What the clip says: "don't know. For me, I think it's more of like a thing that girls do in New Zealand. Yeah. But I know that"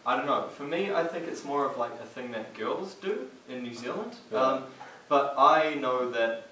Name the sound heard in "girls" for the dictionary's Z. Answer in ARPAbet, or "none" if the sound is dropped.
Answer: Z